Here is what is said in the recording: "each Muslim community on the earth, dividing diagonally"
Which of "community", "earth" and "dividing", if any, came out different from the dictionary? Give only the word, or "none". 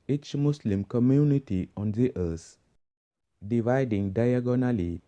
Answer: earth